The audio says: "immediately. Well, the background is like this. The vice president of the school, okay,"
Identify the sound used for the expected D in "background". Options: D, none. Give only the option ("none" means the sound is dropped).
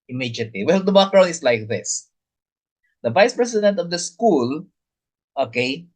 none